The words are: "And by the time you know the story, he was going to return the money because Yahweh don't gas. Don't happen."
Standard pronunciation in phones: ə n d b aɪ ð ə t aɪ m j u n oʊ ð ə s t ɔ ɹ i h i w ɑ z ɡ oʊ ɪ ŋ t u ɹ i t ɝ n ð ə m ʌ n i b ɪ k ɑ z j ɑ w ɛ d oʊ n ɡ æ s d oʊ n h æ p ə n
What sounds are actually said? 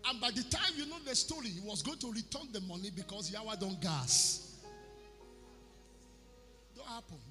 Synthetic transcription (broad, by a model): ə n b aɪ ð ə t aɪ m j u n oʊ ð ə s t ɔ ɹ i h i w ɑ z ɡ oʊ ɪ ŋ t u ɹ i t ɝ n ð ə m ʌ n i b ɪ k ɑ s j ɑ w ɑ d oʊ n ɡ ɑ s d oʊ n h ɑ p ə n